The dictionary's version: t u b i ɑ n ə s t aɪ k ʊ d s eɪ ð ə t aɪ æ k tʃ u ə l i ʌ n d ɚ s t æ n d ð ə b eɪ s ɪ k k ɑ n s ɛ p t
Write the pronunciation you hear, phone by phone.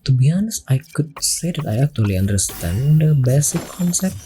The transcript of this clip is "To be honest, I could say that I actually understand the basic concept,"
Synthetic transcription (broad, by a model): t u b i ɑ n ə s aɪ k ʊ d s eɪ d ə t aɪ æ k tʃ u ə l i ʌ n d ɚ s t æ n d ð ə b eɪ s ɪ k k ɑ n s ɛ p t